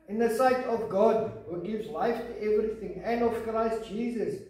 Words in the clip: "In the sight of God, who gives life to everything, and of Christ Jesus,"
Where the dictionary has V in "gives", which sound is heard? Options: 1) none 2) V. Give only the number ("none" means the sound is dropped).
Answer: 2